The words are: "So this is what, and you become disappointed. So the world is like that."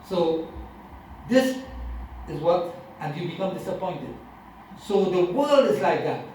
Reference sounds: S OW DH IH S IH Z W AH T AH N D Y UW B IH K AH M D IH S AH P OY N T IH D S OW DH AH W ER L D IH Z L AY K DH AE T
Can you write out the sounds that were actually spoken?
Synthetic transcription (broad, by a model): S OW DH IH S IH Z W AH T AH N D Y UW B IH K AH M D IH S AH P OY N T IH D S OW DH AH W ER L D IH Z L AY K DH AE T